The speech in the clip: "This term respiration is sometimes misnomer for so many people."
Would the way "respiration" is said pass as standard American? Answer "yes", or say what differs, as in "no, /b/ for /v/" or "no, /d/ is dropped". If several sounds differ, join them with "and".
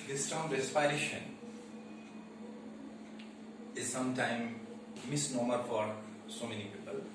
no, /f/ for /p/